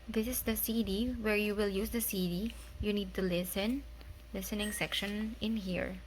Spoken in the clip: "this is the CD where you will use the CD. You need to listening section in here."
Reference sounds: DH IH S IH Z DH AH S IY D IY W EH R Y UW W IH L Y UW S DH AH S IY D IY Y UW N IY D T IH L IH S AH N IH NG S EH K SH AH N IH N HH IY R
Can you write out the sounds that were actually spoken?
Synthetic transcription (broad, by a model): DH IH S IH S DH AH S IY D IY W EH R Y UW W IH L Y UW S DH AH S IY D IY Y UW N IY D T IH L IH S AH N IH NG S EH K SH AH N IH N HH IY R